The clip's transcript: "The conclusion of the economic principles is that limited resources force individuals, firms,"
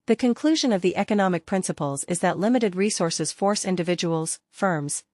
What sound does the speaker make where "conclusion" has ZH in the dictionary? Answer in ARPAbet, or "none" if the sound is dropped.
ZH